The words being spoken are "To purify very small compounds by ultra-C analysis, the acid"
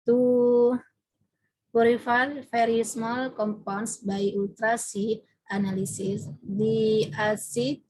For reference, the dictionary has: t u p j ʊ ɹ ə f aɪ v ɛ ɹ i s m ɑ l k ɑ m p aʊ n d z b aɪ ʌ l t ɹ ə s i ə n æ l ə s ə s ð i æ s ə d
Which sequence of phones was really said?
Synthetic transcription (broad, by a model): t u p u ɹ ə f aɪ f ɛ ɹ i s m ɑ l k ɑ m p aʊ n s b aɪ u l t ɹ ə s i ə n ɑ l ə s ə s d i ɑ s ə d